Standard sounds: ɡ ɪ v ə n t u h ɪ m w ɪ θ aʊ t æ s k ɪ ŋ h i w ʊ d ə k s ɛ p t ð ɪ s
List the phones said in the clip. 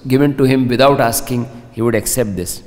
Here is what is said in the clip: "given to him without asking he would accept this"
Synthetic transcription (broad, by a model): ɡ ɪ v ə n t u h ɪ m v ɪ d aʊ t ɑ s k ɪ ŋ h i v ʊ d ə k s ɛ p t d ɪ s